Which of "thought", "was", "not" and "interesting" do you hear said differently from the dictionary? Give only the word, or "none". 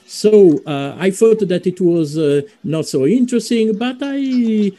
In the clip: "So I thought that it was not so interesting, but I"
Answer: thought